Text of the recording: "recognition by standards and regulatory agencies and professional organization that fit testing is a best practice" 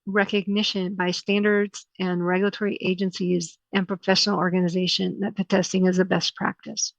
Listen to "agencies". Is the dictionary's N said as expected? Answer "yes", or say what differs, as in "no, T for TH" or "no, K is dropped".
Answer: yes